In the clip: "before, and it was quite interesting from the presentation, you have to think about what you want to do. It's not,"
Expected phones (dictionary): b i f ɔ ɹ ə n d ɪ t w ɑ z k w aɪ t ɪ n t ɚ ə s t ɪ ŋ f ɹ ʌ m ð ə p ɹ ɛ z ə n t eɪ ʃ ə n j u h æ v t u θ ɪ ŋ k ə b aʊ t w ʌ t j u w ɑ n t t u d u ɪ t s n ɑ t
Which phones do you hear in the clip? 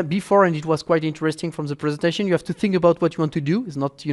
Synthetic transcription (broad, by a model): b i f ɔ ɹ ə n d ɪ t w ɑ z k w aɪ t ɪ n t ɚ ə s t ɪ ŋ f ɹ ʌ m ð ə p ɹ ɛ z ə n t eɪ ʃ ə n j u h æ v t u θ ɪ ŋ k ə b aʊ t w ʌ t j u w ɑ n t t u d u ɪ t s n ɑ t